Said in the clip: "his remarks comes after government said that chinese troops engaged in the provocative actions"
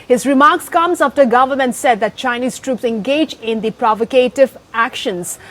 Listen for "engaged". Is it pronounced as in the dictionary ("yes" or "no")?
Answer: no